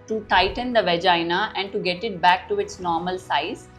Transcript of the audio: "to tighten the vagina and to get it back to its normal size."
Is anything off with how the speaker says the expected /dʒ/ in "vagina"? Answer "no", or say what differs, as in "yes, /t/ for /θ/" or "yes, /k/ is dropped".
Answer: no